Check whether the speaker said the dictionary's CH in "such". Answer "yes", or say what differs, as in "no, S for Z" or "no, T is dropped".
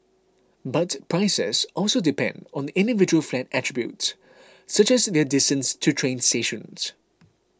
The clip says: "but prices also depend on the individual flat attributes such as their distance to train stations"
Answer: yes